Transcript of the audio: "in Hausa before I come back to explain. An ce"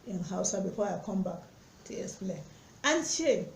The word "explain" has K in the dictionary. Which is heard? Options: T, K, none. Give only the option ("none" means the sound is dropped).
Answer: none